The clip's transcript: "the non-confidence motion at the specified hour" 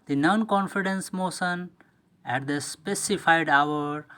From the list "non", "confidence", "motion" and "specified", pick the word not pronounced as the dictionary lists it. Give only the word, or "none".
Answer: motion